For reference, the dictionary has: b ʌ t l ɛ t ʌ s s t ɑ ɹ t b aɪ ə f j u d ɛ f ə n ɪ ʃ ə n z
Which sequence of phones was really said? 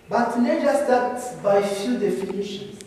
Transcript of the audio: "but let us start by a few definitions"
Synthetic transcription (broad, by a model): b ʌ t n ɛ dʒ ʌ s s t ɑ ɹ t b aɪ f j u d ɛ f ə n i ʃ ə n